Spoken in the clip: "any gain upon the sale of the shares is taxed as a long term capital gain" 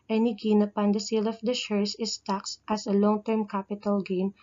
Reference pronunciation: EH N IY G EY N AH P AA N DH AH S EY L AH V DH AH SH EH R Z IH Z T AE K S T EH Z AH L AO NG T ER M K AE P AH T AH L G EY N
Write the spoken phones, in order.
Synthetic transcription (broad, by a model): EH N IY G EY N AH P AA N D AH S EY L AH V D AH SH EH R S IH S T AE K S T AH S AH L AO NG T ER M K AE P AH T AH L G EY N